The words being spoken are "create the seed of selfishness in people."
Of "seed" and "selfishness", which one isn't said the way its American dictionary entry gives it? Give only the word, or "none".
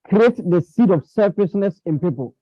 selfishness